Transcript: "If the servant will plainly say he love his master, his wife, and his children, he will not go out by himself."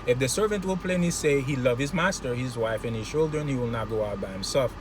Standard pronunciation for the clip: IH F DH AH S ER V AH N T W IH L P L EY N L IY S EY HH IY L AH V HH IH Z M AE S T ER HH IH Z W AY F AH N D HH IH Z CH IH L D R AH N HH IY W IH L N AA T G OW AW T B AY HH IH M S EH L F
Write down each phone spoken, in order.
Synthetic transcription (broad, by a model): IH F DH AH S ER V AH N T W IH L P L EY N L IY S EY HH IY L AH V HH IH Z M AE S T ER HH IH Z W AY F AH N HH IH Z CH IH L D R AH N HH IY W IH L N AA T G OW AW T B AY HH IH M S EH L F